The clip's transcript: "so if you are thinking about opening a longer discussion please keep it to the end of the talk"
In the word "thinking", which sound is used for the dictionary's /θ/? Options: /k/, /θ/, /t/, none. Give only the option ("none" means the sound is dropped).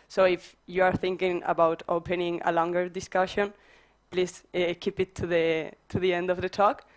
/θ/